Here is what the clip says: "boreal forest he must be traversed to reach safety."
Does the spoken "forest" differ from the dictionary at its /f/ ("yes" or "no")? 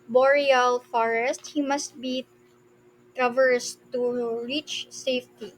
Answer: no